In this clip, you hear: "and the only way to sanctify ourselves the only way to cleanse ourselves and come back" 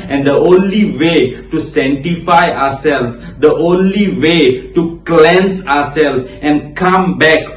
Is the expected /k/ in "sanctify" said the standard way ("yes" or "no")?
no